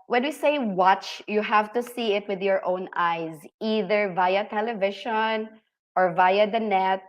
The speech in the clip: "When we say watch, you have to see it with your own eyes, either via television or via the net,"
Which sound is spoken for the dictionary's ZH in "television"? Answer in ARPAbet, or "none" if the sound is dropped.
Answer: SH